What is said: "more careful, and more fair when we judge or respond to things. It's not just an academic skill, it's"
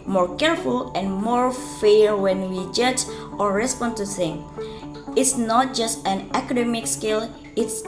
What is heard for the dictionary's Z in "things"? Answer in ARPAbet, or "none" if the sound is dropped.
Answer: none